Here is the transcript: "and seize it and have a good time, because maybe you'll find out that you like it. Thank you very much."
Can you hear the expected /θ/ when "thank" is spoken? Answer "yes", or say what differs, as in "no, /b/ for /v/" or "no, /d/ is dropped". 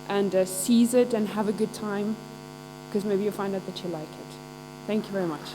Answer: yes